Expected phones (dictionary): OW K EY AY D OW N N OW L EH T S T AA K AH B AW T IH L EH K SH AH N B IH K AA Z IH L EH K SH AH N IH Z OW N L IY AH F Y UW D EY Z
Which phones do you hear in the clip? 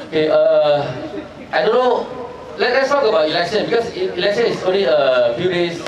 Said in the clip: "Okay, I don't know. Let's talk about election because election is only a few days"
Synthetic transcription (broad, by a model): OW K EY AY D OW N L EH L EH T S T AA K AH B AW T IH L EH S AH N B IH K AA S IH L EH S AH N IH S OW N L IY AH F Y UW D EY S